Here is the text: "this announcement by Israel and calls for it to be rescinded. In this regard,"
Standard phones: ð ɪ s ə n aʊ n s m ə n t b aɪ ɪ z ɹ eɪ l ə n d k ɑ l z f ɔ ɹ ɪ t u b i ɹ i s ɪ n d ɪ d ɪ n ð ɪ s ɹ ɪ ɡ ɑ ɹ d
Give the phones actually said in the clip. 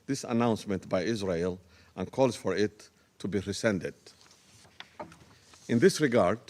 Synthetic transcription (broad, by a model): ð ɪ s ə n aʊ n s m ə n t b aɪ ɪ z ɹ eɪ l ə n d k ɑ l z f ɔ ɹ ɪ t u b i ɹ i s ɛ n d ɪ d ɪ n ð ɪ s ɹ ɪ ɡ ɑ ɹ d